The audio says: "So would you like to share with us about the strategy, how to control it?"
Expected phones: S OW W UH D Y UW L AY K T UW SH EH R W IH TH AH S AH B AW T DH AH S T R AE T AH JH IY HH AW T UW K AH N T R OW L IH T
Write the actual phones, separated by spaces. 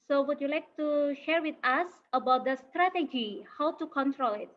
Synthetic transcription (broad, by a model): S OW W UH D Y UW L AY K T UW SH EH R W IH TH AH S AH B AW T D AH S T R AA T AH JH IY HH AW T UW K AH N T R OW L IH T